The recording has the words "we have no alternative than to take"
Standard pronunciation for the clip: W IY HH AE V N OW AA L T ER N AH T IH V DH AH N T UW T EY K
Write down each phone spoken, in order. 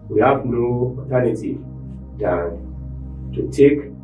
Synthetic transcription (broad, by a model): W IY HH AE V N OW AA T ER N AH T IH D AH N T UW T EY K